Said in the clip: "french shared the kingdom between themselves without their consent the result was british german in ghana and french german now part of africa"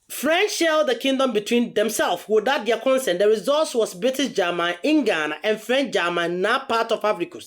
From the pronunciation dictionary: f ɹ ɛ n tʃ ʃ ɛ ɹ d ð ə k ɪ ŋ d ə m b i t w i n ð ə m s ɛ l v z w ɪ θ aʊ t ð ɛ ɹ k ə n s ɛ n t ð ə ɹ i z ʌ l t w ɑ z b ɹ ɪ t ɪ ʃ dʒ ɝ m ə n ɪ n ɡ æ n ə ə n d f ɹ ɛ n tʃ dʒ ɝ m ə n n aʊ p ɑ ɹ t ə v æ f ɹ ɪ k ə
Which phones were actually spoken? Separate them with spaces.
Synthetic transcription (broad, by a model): f ɹ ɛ n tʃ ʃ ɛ l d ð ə k ɪ ŋ d ə m b i t w i n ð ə m s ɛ l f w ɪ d aʊ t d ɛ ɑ k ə n s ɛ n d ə ɹ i z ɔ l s w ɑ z b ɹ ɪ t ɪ s dʒ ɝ m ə n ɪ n ɡ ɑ n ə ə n f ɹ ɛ n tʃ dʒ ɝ m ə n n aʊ p ɑ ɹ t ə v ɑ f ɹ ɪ k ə